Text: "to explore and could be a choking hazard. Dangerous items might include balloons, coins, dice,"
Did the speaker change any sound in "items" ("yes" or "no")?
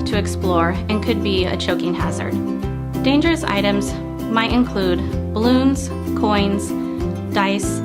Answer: no